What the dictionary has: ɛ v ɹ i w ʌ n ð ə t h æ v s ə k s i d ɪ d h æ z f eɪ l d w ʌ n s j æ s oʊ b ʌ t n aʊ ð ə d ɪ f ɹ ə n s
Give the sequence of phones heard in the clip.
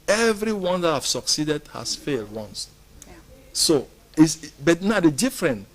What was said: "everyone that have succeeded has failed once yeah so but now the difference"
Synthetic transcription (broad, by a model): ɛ v ɹ i w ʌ n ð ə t h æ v s ə k s i d ɪ d h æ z f eɪ l d w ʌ n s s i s b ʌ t n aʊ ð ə d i f ɹ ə n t